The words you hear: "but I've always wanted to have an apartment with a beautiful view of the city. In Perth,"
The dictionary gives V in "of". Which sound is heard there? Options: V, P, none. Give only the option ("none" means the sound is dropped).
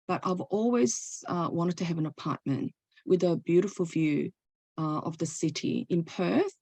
V